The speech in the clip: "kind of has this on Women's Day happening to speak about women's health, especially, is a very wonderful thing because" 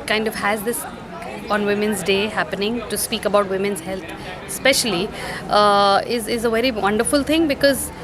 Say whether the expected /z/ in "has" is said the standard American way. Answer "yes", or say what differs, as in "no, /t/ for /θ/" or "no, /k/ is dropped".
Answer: yes